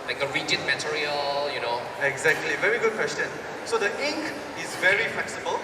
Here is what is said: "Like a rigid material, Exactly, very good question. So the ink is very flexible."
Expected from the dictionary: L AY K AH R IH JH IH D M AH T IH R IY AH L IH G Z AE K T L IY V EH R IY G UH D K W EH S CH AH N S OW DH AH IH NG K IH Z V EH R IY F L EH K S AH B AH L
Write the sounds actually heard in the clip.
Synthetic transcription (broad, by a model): L AY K AH R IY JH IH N M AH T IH R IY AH L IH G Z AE K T L IY V EH R IY G UH D K W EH S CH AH N S OW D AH IH NG K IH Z V EH R IY F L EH K S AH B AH L